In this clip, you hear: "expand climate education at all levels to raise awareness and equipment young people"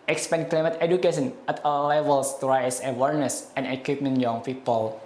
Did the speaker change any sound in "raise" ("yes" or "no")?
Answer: yes